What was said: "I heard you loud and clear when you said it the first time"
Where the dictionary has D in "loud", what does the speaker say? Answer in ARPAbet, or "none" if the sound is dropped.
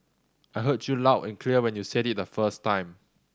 none